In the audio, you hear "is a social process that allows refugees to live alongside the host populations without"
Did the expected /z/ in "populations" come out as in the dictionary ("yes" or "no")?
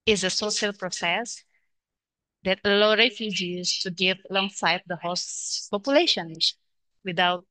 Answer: no